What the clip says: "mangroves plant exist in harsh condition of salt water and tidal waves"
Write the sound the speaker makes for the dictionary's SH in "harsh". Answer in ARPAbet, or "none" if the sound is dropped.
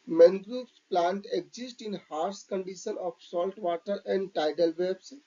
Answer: S